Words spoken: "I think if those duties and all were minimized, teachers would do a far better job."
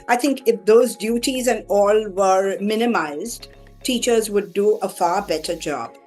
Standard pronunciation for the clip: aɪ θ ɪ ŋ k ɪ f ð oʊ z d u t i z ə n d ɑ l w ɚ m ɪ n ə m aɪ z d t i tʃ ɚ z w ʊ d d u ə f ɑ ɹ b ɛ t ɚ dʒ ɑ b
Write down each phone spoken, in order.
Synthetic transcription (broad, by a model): aɪ t ɪ ŋ k ɪ f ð oʊ z d u t i z ə n d ɑ l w ɚ m ɪ n ə m aɪ z d t i tʃ ɚ z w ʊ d d u ə f ɑ ɹ b ɛ t ɚ dʒ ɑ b